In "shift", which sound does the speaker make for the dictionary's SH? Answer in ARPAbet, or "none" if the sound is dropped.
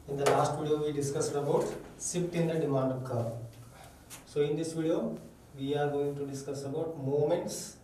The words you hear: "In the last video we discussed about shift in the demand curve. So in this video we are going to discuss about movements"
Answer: S